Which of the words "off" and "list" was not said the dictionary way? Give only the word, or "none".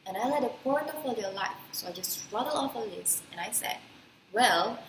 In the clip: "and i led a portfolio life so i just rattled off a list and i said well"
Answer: list